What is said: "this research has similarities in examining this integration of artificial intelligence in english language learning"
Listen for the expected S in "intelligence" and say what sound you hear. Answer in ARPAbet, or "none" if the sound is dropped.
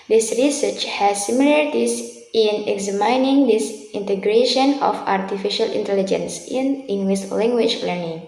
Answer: S